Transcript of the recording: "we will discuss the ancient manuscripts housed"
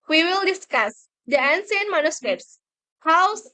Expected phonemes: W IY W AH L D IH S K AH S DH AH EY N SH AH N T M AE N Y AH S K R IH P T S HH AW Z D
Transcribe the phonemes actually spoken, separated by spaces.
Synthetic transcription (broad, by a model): W IY W AH L D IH S K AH S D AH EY N S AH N M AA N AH S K R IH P S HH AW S